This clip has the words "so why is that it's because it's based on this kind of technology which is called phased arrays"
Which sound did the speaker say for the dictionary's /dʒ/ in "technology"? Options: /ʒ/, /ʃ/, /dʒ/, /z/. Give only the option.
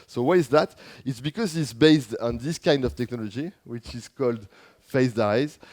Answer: /dʒ/